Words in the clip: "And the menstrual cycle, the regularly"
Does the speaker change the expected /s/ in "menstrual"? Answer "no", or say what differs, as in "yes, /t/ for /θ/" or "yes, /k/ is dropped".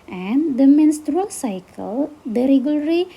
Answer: no